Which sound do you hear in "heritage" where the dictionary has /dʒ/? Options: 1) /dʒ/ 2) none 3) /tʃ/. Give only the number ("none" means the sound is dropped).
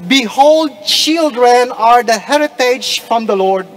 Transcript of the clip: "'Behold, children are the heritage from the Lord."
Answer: 1